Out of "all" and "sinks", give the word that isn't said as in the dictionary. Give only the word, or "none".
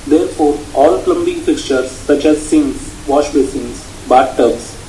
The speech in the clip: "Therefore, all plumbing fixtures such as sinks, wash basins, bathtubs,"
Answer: sinks